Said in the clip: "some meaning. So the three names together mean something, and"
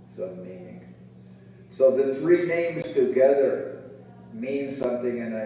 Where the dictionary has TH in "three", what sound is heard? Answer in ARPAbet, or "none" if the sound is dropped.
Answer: TH